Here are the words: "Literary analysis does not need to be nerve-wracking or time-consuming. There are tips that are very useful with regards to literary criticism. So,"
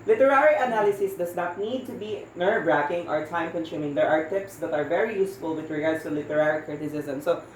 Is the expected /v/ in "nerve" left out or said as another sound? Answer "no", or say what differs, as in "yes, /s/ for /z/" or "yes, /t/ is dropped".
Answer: yes, /b/ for /v/